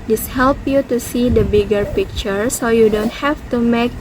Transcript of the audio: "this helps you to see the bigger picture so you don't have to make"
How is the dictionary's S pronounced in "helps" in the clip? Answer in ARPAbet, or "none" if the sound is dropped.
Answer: none